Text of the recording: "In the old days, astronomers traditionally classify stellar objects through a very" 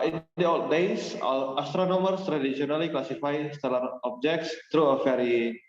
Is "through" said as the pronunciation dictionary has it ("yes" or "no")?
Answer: no